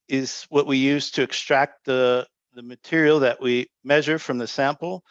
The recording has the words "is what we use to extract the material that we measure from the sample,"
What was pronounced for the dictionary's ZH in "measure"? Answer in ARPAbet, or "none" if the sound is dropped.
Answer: ZH